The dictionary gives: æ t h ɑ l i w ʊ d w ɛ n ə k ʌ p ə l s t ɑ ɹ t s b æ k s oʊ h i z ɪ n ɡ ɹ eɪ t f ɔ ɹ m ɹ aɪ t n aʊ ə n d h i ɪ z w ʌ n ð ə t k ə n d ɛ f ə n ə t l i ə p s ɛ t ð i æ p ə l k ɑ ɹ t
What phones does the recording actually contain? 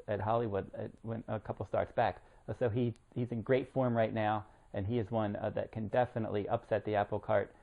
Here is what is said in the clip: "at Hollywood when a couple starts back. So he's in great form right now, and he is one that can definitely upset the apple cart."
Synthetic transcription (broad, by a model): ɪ t h ɑ l i w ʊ d w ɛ n ə k ʌ p l s t ɑ ɹ t s b æ k s oʊ h i z ɪ n ɡ ɹ eɪ t f ɔ ɹ m ɹ aɪ t n aʊ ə n i ɪ z w ʌ n ð ə t k ə n d ɛ f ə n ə t l i ə p s ɛ t ð i æ p l k ɑ ɹ t